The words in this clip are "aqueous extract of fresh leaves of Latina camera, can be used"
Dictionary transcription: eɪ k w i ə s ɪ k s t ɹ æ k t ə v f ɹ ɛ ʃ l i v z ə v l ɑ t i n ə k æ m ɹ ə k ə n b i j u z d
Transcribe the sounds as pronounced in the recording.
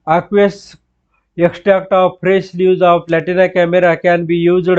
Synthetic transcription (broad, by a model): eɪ k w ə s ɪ k s t ɹ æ k t ə v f ɹ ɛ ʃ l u z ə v l ɑ t i n ə k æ m ɹ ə k ə n b i j u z